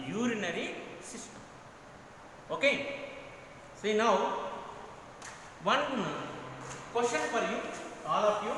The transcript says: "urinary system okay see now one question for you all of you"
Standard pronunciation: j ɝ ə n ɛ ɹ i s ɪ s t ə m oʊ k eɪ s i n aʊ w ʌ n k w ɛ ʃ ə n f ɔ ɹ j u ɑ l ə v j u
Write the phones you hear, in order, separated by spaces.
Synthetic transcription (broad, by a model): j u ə n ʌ ɹ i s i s t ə m oʊ k eɪ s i n aʊ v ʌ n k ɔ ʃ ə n p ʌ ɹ j u ɑ l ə p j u